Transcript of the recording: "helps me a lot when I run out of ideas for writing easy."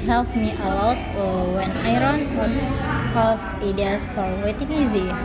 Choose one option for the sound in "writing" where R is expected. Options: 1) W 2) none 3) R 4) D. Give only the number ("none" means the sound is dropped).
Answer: 1